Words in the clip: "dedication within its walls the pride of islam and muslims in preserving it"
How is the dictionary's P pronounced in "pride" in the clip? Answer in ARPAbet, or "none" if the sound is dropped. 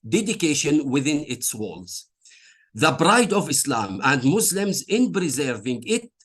B